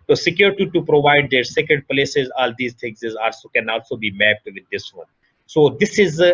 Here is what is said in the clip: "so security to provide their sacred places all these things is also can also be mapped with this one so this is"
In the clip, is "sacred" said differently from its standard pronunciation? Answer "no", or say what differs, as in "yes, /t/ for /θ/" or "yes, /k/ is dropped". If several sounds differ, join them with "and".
yes, /ɹ/ is dropped